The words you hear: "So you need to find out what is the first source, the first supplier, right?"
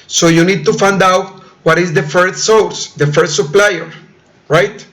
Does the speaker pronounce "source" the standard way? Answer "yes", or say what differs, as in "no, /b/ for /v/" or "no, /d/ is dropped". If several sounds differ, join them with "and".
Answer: no, /w/ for /ɹ/